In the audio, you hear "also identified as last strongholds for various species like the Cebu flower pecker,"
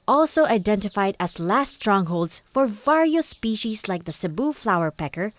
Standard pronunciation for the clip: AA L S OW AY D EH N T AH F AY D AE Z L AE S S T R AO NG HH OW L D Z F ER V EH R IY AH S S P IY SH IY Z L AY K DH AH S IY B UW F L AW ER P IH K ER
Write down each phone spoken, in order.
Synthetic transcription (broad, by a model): AA L S OW AY D EH N T AH F AY D AE Z L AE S S T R AO NG HH OW L D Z F ER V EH R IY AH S S P IY SH IY Z L AY K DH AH S IY B UW F L AW ER P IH K ER